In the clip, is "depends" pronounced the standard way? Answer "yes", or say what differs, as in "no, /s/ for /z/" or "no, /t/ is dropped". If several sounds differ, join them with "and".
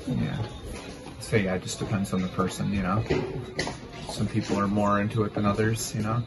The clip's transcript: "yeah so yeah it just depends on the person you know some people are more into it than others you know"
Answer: yes